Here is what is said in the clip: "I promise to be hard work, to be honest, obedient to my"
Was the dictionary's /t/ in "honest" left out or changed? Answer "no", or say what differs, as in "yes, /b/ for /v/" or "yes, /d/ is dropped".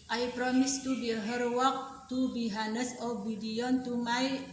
yes, /t/ is dropped